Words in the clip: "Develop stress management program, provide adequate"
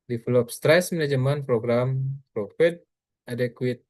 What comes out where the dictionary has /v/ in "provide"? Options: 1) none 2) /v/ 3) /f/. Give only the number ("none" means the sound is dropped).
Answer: 3